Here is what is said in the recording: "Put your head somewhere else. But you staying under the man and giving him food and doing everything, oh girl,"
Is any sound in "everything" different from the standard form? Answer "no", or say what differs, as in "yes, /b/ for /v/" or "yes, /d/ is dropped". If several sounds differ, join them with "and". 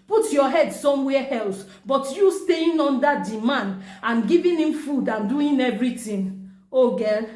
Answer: yes, /t/ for /θ/